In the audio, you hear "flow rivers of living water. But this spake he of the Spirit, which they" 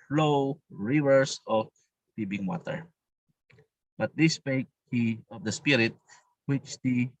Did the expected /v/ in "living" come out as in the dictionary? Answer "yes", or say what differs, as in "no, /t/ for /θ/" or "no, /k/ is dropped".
no, /b/ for /v/